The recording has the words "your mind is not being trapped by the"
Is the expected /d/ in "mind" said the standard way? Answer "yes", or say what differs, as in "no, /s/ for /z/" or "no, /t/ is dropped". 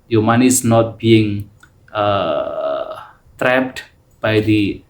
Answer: no, /d/ is dropped